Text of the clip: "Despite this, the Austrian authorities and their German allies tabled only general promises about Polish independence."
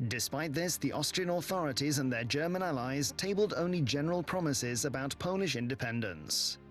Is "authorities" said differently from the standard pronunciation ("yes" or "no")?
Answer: no